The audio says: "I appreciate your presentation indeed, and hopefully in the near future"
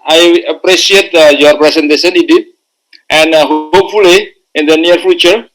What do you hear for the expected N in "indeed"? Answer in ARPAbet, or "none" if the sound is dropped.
none